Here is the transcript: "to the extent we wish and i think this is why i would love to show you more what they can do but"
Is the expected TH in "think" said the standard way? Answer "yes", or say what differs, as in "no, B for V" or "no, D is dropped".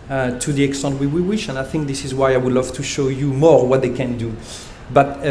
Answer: yes